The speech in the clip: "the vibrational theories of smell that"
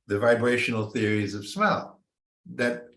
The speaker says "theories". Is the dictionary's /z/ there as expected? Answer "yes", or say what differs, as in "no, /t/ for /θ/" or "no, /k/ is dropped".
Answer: yes